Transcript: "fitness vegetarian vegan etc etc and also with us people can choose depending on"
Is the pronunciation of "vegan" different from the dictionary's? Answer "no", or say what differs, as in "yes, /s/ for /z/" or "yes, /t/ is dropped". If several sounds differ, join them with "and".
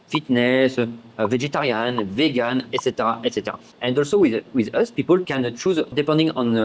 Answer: no